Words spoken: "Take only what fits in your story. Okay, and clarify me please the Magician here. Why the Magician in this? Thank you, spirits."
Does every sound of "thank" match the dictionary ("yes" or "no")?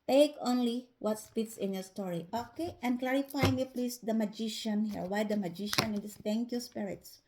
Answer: no